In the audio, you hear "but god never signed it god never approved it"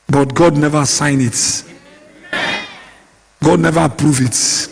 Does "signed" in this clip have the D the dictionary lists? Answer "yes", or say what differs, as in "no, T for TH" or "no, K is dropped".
no, D is dropped